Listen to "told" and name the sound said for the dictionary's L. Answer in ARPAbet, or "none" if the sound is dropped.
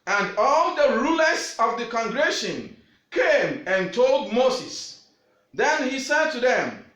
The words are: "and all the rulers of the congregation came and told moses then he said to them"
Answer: L